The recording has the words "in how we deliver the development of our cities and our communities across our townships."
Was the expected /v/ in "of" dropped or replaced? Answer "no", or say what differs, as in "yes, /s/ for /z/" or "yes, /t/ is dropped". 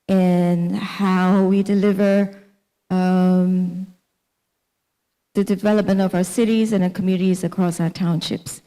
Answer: no